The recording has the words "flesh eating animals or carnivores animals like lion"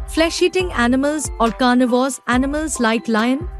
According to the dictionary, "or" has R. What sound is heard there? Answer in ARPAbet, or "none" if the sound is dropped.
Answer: L